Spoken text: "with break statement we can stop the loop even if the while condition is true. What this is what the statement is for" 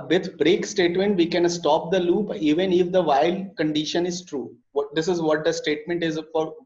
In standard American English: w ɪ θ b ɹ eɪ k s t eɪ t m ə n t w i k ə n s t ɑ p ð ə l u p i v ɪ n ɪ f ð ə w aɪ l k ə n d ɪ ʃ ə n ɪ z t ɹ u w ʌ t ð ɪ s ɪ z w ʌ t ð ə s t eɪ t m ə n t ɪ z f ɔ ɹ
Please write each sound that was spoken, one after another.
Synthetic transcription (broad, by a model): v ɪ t b ɹ eɪ k s t eɪ t m ə n t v i k ə n s t ɑ p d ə l u p i v ɪ n ɪ f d ə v aɪ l k ə n d ɪ ʃ ə n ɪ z t ɹ u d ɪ s ɪ z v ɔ t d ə s t eɪ t m ə n t ɪ z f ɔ ɹ